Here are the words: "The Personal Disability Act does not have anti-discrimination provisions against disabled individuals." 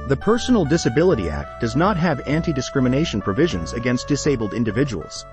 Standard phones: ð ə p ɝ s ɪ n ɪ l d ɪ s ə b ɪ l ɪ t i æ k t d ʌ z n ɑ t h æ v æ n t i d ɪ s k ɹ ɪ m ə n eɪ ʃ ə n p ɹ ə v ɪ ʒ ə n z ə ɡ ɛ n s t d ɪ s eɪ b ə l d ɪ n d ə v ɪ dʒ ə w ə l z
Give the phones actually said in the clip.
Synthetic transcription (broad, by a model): ð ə p ɝ s n l d ɪ s ə b ɪ l ɪ t i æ k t d ʌ z n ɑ t h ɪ v æ n t i d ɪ s k ɹ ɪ m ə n eɪ ʃ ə n p ɹ ə v ɪ ʒ ə n z ə ɡ ɛ n s t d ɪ s eɪ b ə l d ɪ n d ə v ɪ dʒ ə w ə l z